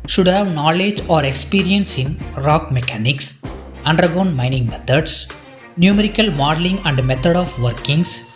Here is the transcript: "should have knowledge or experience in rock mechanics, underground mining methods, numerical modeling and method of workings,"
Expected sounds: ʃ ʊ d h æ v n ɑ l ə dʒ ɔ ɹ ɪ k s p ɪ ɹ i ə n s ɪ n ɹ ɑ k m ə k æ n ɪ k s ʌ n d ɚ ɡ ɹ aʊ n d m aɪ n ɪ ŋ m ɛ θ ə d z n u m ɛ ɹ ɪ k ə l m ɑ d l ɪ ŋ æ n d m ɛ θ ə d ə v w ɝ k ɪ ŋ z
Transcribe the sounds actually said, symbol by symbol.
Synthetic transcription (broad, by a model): ʃ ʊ d h æ v n ɑ l ə dʒ ɔ ɹ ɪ k s p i ɹ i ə n s ɪ n ɹ ɑ k m ə k æ n ɪ k s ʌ n d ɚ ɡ ɔ n m aɪ n ɪ ŋ m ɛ t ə d s n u m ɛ ɹ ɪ k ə l m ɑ d l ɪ ŋ æ n d m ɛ t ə d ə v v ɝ k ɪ ŋ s